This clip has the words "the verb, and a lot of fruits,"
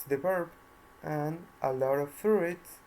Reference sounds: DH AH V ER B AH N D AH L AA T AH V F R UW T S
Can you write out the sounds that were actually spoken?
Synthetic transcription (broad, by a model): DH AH P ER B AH N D AH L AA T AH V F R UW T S